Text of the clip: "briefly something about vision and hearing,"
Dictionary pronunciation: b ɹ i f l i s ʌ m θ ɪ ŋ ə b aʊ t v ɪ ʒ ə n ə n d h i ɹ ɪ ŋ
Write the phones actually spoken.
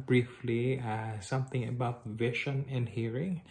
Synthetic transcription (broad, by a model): b ɹ i f l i s ʌ m θ ɪ ŋ ə b aʊ t v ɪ ʃ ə n ə n d h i ɹ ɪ ŋ